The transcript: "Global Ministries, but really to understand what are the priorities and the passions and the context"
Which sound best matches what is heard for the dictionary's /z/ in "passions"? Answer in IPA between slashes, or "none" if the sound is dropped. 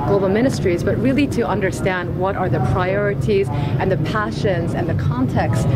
/z/